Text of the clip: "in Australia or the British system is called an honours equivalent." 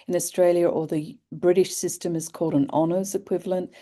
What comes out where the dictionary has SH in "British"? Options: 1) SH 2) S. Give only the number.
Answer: 1